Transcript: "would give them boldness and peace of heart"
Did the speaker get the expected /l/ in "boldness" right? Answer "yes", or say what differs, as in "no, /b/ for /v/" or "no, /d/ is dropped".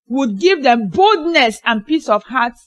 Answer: yes